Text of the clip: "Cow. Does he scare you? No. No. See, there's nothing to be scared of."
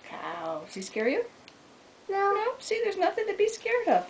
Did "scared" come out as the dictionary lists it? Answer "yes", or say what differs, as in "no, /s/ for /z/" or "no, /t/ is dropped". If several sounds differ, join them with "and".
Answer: yes